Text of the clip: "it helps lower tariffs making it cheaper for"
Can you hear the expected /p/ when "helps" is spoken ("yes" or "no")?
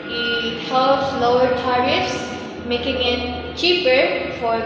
no